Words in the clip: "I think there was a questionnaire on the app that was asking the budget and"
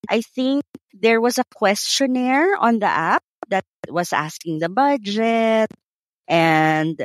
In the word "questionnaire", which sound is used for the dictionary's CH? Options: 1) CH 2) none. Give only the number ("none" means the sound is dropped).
1